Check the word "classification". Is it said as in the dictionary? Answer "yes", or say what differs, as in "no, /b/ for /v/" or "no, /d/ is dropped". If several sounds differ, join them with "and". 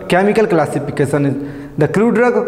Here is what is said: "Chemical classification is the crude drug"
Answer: no, /s/ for /ʃ/